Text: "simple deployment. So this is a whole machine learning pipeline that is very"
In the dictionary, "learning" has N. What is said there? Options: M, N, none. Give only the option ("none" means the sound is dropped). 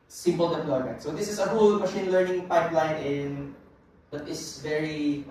N